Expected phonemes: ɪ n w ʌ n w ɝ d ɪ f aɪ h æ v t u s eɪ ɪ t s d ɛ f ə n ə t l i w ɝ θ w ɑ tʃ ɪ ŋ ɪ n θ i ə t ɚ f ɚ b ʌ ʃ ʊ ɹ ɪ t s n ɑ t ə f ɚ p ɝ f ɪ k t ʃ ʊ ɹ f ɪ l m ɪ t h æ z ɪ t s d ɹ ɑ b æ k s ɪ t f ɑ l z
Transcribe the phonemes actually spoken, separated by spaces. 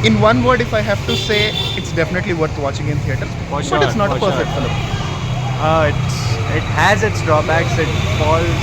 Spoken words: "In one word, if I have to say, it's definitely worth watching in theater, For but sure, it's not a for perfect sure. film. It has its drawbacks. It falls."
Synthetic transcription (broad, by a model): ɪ n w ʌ n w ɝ d ɪ f aɪ h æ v t u s eɪ ɪ t s d ɛ f ə n ə t l i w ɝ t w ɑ tʃ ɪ ŋ ɪ n t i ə t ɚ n b ʌ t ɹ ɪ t s n ɑ t ə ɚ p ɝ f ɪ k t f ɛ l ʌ ɪ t ɪ t h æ z ɪ t s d ɹ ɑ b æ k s ɪ t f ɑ l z